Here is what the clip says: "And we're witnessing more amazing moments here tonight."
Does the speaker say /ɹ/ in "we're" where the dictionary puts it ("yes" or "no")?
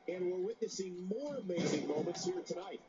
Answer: yes